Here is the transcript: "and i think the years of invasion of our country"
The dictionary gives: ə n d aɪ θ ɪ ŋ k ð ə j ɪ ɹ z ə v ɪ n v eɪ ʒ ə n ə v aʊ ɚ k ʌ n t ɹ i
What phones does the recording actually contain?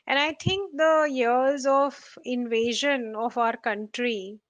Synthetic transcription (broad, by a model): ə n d aɪ t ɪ ŋ k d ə j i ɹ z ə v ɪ n v eɪ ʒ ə n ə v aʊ ɚ k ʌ n t ɹ i